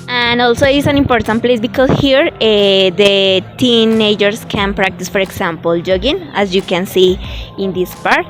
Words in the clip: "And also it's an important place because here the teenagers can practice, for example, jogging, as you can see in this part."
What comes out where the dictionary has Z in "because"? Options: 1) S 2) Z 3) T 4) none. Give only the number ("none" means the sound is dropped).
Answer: 1